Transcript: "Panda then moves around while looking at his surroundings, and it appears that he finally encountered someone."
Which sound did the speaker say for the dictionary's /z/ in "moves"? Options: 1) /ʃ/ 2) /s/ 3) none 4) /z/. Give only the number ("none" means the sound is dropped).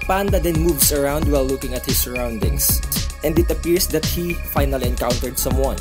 2